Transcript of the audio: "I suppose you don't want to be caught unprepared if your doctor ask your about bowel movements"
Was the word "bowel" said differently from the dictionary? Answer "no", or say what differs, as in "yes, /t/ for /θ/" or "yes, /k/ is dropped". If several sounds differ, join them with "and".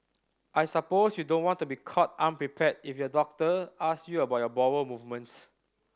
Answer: yes, /w/ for /l/